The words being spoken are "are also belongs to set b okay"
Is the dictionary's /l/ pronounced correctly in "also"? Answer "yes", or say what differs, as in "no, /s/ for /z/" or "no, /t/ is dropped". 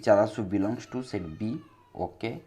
no, /l/ is dropped